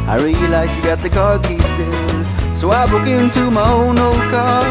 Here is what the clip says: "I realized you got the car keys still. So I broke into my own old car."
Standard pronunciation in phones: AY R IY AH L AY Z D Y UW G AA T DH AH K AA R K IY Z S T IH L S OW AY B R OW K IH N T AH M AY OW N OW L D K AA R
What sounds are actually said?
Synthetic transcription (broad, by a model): AY R IY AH L AY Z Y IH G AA T DH AH K AA R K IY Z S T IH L S OW AY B OW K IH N T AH M AY OW N OW L D K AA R